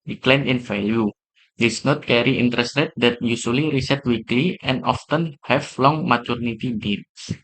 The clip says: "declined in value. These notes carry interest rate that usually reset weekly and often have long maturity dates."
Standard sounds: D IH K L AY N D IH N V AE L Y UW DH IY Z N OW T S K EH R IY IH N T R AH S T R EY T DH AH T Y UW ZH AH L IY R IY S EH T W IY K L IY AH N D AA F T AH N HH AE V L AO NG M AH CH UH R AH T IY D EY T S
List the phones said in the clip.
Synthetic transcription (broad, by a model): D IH K L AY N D IH N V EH L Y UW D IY S N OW T K EH R IY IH N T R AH S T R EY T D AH T Y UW S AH L IY R IY S EH T W IY K L IY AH N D AA F T AH N HH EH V L AO NG M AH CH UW R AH T IY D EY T S